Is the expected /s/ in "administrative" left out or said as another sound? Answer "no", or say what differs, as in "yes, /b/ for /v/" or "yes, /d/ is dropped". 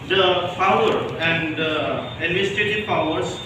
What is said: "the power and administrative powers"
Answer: yes, /s/ is dropped